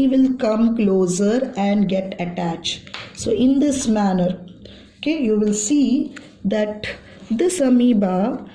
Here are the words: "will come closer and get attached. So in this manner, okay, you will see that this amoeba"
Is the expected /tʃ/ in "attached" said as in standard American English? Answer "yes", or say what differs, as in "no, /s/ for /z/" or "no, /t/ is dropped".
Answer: yes